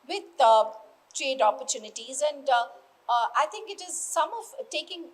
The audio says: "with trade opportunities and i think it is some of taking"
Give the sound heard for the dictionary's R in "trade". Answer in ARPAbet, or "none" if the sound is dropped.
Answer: R